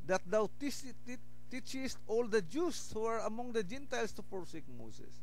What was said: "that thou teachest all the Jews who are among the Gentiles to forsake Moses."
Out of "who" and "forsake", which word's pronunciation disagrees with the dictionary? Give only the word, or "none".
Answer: forsake